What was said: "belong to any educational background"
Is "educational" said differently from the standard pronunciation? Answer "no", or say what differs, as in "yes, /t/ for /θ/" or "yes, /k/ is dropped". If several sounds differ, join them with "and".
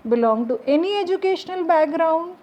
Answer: no